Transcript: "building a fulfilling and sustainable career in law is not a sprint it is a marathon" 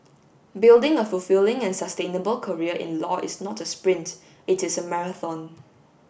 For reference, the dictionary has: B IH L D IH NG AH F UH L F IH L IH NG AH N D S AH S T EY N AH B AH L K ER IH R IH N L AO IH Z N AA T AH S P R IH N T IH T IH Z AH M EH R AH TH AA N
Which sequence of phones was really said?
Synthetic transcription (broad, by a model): B IH L D IH NG AH F UH L F IH L IH NG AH N S AH S T EY N AH B AH L K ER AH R IH N L AO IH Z N AA T AH S P R IH N T IH T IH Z AH M EH R AH TH AA N